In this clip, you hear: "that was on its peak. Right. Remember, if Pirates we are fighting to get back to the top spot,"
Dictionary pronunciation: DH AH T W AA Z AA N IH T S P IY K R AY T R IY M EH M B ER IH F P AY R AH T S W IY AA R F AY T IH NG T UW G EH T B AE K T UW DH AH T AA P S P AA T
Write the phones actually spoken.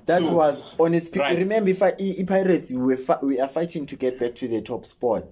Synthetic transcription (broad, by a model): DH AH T W AA Z AA N IH T S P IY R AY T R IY M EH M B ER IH F P AY R AH T S W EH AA W F AY T IH NG T UW G EH T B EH K T UW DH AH T AA P S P AA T